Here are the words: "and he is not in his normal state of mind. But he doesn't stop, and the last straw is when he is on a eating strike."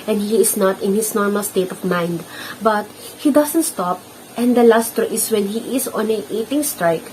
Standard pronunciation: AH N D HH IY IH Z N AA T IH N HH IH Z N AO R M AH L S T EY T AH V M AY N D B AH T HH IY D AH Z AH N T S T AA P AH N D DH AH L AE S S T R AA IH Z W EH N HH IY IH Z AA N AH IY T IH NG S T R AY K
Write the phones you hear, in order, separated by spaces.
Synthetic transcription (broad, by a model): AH N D HH IY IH S N AA T IH N HH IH S N AO R M AH L S T EY T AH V M AY N D B AH T HH IY D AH S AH N T S T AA P AH N D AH L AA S S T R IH S W EH N HH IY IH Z AA N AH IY T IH NG S T R AY K